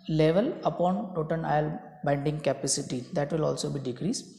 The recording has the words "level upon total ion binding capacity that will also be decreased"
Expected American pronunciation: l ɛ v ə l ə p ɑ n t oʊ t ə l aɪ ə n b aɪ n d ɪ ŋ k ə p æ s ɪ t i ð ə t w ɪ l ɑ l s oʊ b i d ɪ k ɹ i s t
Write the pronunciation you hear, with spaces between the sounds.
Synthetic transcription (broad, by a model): l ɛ v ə l ə p ɑ n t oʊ t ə n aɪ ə l b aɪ n d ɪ ŋ k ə p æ s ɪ t i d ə t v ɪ l ɑ l s oʊ b i d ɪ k ɹ i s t